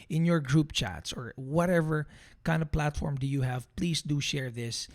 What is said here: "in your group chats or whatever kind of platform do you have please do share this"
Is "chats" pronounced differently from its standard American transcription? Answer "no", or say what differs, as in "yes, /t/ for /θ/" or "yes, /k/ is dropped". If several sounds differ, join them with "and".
no